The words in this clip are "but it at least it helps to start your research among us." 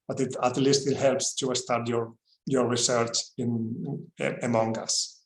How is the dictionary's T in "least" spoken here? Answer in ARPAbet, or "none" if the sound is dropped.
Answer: T